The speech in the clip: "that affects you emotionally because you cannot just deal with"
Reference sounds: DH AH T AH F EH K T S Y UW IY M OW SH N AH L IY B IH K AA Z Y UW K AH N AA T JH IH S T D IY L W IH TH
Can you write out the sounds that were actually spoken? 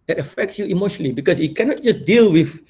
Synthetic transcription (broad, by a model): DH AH T AH F EH K T S Y UW IY M OW SH N AH L IY B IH K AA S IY K AH N AA T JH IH S D IY L W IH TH